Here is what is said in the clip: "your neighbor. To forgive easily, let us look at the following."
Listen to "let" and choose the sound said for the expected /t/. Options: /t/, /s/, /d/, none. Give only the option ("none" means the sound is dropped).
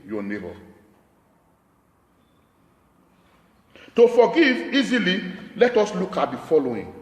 /t/